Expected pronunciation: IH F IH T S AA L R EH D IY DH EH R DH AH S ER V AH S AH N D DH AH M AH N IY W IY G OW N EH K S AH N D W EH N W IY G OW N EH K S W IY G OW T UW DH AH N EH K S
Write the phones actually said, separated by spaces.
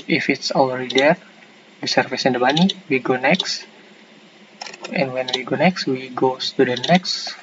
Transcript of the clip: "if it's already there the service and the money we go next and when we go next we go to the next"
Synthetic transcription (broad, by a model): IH F IH T S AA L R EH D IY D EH R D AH S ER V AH S AH N D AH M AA N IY W IY G OW N EH K S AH N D W EH N W IY G OW N EH K S W IY G OW T UW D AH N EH K S